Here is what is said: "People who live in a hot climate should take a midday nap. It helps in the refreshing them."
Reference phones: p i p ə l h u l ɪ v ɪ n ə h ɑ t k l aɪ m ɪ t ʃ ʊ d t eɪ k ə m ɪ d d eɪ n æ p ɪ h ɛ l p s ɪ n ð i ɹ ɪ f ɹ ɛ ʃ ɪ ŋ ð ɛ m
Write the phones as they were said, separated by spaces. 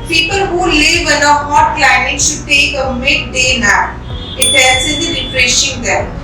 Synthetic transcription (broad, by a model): p i p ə l h u l ɪ v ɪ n ə h ɑ t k l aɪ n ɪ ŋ ʃ ʊ d t eɪ k ə m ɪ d d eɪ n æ ɪ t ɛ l s ɪ n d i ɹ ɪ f ɹ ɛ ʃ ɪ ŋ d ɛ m